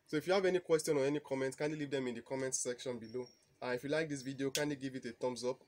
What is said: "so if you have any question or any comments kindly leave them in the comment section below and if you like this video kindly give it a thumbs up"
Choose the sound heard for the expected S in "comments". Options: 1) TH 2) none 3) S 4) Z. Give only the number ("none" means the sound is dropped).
2